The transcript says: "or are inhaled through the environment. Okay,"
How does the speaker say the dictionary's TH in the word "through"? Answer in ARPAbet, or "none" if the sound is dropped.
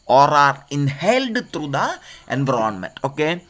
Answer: T